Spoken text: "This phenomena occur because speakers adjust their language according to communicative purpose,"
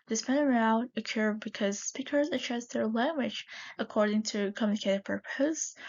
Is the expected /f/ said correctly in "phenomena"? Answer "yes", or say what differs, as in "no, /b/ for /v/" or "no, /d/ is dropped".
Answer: no, /p/ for /f/